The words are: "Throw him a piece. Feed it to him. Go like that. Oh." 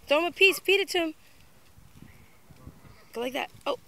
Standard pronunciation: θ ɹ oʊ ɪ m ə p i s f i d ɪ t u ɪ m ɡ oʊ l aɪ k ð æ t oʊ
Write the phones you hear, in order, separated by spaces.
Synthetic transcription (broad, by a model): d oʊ ɪ m ə p i s p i d ɪ t u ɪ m ɡ oʊ l aɪ k ð æ t oʊ